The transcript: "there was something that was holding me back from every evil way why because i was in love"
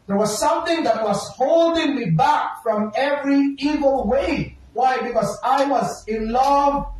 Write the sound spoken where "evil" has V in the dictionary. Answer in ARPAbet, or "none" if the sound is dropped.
V